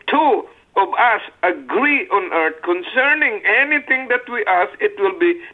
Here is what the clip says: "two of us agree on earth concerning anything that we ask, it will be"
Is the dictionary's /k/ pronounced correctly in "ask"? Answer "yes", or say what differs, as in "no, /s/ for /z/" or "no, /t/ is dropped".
no, /k/ is dropped